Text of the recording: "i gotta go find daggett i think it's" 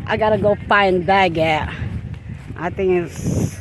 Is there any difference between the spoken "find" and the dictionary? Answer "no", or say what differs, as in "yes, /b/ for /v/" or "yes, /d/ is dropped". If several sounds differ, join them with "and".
yes, /p/ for /f/